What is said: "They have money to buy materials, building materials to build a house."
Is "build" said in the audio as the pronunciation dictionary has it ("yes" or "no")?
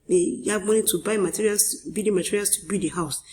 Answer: no